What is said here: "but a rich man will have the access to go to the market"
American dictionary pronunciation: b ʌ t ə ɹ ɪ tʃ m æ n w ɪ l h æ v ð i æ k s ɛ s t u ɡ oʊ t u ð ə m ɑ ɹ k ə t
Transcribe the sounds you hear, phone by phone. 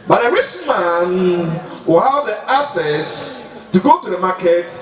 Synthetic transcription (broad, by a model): b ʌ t ə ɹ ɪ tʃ m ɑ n w ɪ l h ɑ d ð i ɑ s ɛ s t u ɡ oʊ t u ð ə m ɑ k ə t